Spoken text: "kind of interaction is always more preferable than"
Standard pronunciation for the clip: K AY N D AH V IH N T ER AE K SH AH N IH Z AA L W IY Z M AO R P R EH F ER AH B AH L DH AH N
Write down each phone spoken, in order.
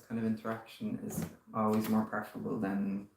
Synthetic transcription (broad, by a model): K AY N D AH V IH N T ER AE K SH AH N IH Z AA L W IY Z M AO R P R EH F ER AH B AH L DH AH N